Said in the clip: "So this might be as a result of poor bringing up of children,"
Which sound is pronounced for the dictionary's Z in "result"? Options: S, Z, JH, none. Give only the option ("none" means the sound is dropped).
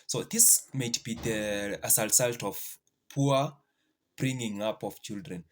S